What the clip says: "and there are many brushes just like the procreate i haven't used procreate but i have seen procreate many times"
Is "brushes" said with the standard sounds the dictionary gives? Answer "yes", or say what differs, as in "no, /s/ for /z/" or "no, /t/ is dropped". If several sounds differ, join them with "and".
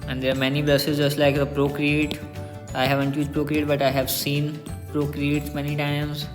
no, /s/ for /ʃ/